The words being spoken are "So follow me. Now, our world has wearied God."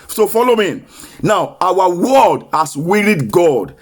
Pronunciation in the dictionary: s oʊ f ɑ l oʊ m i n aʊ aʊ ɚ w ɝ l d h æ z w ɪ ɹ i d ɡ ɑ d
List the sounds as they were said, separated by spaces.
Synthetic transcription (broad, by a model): s oʊ f ɑ l oʊ m i n aʊ aʊ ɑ w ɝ d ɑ s w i ɹ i d ɡ ɑ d